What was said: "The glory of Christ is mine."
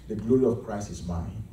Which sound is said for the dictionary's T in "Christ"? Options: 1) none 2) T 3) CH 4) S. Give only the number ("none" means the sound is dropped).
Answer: 1